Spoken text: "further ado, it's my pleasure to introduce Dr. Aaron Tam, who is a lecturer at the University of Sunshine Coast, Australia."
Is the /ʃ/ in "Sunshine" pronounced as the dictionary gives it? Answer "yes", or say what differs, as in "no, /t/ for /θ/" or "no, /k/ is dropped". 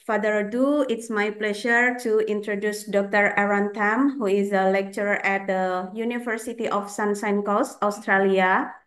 no, /s/ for /ʃ/